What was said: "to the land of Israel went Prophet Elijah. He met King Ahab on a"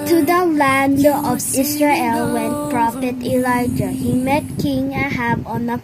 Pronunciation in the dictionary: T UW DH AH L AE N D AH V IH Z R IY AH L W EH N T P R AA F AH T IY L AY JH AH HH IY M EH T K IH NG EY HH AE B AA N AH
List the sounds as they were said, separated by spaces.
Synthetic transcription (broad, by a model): T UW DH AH L AE N D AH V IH S R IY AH L W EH N P R AA F AH T IY L AY JH AH HH IY M EH T K IH NG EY HH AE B AA N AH